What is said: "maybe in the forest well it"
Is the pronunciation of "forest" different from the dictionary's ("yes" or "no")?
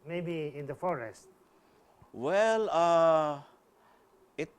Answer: no